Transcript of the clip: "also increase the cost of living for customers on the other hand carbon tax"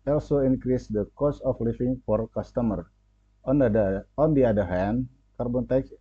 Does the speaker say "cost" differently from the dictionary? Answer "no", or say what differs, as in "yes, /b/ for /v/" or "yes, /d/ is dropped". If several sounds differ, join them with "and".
yes, /t/ is dropped